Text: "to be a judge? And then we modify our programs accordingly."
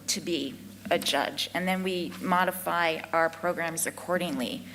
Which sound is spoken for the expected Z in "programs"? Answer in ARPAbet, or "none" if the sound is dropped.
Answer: Z